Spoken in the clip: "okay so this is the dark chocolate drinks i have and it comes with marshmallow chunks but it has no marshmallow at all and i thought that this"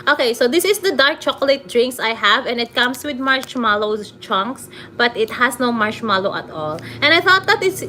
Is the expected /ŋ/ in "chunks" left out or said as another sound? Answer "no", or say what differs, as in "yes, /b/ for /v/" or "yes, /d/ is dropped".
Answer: no